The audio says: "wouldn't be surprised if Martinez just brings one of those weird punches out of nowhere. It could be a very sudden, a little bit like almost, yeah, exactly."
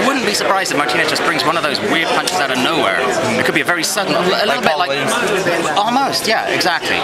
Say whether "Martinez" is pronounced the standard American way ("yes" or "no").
no